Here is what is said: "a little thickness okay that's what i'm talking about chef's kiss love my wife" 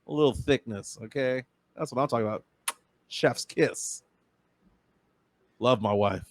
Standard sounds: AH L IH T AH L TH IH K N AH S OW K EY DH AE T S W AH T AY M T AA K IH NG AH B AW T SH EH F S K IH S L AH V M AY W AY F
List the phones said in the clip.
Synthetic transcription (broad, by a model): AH L IH T L TH IH K N AH S OW K EY DH AE T S W AH T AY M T AA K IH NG AH B AW T SH EH F S K IH S L AH V M AY W AY F